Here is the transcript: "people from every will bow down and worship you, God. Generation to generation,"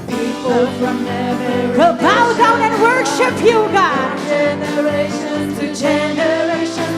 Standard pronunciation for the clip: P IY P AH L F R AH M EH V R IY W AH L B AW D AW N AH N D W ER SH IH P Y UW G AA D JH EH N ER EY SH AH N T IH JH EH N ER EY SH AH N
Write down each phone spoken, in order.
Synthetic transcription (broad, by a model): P IY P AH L F R AH M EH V IY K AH B AW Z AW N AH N W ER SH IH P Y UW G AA JH EH N ER EY SH AH N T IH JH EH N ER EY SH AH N